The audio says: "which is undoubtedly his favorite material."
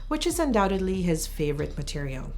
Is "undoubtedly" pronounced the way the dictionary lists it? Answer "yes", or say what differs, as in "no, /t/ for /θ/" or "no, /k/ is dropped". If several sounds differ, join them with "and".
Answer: yes